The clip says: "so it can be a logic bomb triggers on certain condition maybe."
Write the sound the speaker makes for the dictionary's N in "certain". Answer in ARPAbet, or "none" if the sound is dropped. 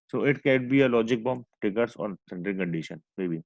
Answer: L